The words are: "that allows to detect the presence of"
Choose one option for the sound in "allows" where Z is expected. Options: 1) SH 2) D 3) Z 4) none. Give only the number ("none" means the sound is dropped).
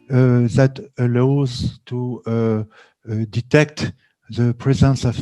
3